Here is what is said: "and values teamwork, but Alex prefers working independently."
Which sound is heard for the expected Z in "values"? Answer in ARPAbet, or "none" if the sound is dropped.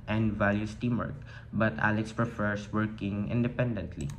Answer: S